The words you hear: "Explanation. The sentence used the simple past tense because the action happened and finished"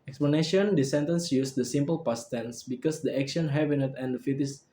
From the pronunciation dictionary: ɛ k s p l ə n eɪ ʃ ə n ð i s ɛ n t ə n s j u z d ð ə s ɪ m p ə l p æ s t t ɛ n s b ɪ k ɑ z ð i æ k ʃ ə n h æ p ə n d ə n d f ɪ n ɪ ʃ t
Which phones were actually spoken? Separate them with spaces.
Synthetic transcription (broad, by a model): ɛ k s p l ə n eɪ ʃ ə n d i s ɛ n t ə n s j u s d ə s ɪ m p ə l p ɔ s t t ɛ n s b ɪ k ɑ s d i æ k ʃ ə n h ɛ b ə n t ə n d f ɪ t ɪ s